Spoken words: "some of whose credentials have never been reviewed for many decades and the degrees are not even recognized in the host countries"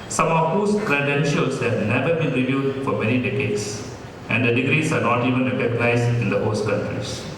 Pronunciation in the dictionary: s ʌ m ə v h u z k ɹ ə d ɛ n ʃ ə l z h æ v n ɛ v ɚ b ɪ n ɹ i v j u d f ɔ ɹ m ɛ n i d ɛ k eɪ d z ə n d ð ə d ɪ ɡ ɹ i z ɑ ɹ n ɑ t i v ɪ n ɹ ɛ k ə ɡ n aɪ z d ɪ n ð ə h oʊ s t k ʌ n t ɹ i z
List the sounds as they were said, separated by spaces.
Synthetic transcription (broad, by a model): s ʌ m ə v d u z k ɹ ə d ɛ n ʃ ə l s h æ v n ɛ v ɚ b ɪ n ɹ i v j u d f ɔ ɹ m ɛ n i d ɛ k eɪ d s ə n d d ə d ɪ ɡ ɹ i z ɑ ɹ n ɑ t i v ɪ n ɹ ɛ k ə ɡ n aɪ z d ɪ n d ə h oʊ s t k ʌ n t ɹ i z